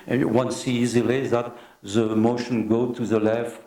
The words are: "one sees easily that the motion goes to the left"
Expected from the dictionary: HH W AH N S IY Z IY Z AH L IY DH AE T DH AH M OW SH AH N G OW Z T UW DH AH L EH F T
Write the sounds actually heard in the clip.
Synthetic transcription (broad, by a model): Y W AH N S IY IY Z AH L IY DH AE T DH AH M OW SH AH N G OW T UW DH AH L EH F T